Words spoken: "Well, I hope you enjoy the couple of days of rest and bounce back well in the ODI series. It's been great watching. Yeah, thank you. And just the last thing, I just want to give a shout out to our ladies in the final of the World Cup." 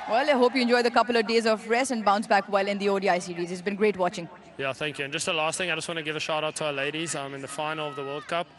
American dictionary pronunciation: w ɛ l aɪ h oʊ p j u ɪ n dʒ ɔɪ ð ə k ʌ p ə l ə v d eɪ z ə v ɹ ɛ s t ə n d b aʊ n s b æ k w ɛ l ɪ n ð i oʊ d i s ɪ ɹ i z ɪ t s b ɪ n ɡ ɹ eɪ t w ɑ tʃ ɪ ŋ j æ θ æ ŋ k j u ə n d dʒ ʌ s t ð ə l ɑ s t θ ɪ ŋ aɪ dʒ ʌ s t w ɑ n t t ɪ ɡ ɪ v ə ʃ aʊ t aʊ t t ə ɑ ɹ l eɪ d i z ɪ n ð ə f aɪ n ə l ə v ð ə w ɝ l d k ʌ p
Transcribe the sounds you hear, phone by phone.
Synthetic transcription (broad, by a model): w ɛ l aɪ h oʊ p j u ɪ n dʒ ɔɪ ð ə k ʌ p ə l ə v d eɪ z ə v ɹ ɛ s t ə n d b aʊ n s b æ k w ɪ l ɪ n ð i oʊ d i s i ɹ i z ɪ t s b ɪ n ɡ ɹ eɪ t w ɑ tʃ ɪ ŋ j æ θ æ ŋ k j u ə n dʒ ʌ s t ð ə l ɑ s t θ ɪ ŋ aɪ dʒ ʌ s t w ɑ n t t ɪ ɡ ɪ v ə ʃ aʊ t aʊ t t ə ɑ l eɪ d i z ɪ n ð ə f aɪ n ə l ə v ð ə w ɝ l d k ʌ p